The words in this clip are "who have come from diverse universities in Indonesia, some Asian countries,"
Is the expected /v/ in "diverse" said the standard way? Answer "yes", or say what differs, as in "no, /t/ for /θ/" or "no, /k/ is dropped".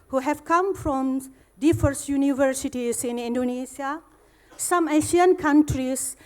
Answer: no, /f/ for /v/